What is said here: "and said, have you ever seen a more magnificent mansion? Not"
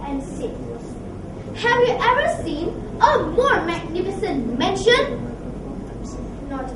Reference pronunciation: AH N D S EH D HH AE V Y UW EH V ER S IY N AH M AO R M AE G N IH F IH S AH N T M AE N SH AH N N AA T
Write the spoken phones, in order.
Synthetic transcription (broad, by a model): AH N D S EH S HH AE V Y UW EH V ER S IY N AH M AO R M AE G N IH F IH S AH N T M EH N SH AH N N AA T